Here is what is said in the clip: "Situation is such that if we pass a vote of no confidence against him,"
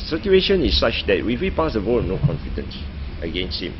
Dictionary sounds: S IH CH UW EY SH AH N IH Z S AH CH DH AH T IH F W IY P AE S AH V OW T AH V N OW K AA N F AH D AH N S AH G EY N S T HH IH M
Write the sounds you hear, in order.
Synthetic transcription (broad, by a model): S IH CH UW EY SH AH N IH S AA CH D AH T IH F W IY P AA S AH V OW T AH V N OW K AA N F AH D AH N S AH G EY N S T HH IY M